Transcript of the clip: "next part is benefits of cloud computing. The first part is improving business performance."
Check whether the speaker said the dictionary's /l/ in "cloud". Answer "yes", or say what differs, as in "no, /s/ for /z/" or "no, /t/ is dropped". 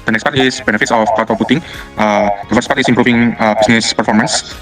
no, /l/ is dropped